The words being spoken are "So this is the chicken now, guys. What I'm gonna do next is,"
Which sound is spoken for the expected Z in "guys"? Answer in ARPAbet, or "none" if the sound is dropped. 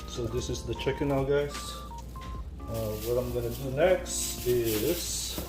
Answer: S